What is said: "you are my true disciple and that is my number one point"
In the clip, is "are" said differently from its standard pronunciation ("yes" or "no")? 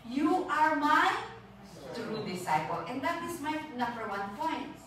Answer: no